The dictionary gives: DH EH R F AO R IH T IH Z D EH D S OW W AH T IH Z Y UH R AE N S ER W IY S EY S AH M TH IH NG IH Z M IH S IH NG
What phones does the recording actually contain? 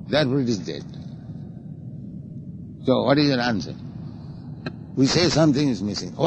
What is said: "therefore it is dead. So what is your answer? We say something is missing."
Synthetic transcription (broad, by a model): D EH R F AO R IH T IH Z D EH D S OW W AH T IH Z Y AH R AE N S ER W IY S EY S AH M T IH NG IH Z M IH S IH NG